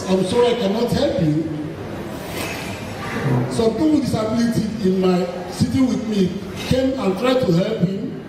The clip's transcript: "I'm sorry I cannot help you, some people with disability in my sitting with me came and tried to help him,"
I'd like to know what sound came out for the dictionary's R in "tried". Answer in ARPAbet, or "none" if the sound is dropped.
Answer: R